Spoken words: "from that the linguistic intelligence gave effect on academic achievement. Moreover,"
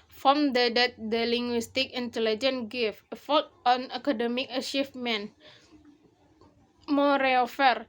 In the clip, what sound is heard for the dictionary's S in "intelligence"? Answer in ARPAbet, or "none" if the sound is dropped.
none